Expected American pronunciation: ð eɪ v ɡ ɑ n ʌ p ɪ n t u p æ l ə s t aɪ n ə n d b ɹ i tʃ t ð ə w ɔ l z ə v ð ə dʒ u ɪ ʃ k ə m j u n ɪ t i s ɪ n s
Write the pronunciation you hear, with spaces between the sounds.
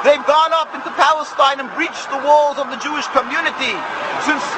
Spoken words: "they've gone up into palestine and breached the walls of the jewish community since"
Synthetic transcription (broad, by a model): ð eɪ v ɡ ɑ n ʌ p ɪ n t u p æ l ə s t aɪ n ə n b ɹ i tʃ ð ə w ɔ l z ə v ð ə dʒ u ɪ ʃ k ə m j u n ɪ t i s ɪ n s